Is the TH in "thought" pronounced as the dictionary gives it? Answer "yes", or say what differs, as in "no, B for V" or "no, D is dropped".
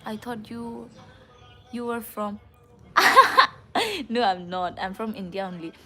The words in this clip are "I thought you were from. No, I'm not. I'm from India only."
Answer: no, T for TH